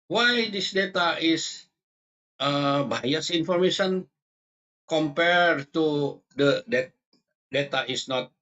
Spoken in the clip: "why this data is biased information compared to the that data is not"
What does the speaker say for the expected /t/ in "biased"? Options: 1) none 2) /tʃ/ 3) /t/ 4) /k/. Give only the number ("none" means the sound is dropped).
1